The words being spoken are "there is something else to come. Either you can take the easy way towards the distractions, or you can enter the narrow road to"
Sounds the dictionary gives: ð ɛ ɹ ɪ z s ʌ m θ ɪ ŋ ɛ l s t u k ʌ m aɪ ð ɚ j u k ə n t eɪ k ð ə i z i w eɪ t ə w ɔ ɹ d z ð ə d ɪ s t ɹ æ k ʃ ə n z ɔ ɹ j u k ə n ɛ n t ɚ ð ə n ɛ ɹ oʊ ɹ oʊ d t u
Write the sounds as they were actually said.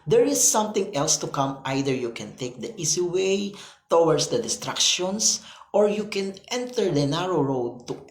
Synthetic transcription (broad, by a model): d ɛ ɹ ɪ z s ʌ m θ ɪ ŋ ɛ l s t u k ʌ m aɪ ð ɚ j u k ə n t eɪ k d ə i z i w eɪ t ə w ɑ ɹ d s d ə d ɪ s t ɹ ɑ k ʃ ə n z ɔ ɹ j u k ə n ɛ n t ɚ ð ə n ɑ ɹ oʊ ɹ oʊ d t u